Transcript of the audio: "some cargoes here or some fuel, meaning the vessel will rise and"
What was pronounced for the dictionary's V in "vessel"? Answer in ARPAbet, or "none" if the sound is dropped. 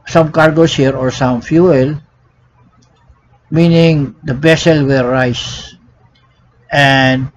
B